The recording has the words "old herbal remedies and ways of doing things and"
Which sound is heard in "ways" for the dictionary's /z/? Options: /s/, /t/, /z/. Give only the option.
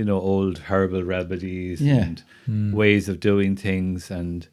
/z/